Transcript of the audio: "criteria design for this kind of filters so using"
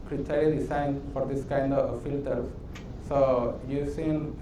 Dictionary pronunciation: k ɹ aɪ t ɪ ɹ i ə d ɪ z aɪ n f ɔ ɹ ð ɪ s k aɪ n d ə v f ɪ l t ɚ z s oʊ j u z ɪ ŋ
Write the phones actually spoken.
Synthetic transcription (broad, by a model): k ɹ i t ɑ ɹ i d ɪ s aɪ n f ɔ ɹ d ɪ s k aɪ n d ə v f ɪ l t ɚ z s oʊ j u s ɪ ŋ